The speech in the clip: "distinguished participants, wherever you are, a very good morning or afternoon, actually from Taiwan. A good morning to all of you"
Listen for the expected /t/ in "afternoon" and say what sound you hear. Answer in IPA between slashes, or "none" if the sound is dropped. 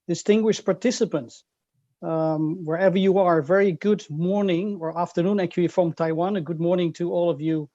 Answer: /t/